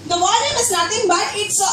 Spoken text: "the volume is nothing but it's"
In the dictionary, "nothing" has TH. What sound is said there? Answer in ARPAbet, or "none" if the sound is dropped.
T